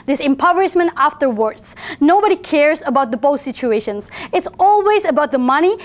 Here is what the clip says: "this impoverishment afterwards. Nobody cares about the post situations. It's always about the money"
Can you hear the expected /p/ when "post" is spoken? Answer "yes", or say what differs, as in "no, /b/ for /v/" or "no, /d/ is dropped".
no, /b/ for /p/